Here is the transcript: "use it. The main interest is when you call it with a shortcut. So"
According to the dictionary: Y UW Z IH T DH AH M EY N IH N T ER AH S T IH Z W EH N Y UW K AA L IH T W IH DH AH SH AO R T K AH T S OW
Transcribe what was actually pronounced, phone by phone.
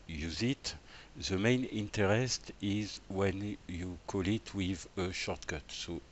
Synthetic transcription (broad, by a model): Y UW Z IH T DH AH M EY N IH N T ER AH S T IH Z W EH N Y UW K AA L IH T W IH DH AH SH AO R T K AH T S OW